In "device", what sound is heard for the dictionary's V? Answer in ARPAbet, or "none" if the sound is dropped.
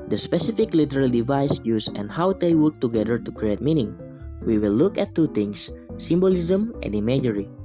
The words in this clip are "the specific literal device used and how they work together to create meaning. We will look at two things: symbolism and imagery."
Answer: V